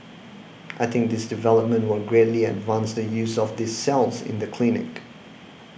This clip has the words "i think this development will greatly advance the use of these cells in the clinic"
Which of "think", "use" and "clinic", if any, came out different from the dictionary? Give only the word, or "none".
none